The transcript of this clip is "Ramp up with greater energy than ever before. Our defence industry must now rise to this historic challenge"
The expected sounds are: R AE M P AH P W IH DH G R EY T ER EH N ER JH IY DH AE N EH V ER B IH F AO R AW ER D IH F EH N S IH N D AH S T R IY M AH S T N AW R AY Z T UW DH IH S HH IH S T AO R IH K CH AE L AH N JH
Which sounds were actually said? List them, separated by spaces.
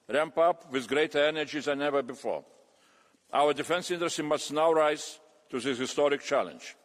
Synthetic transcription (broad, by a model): R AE M P AH P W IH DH G R EY T ER EH N ER JH IY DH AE N EH V ER B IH F AO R AW ER D IH F EH N S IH N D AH S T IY M AH S T N AW R AY Z T UW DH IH HH IH S T AO R IH K CH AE L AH N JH